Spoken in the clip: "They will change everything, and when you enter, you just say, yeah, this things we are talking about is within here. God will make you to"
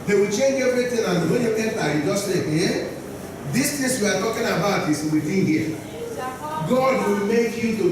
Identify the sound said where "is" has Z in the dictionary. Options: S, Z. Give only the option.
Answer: S